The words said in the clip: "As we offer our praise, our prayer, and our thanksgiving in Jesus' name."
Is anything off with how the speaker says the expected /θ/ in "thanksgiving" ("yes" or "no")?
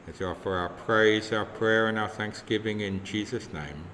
no